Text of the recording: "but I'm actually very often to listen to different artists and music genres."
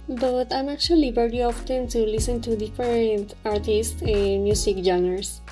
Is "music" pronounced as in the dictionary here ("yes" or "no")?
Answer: no